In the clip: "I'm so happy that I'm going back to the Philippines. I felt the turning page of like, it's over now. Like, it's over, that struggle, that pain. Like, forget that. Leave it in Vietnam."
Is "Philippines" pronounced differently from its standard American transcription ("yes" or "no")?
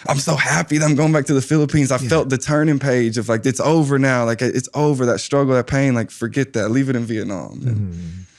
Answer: no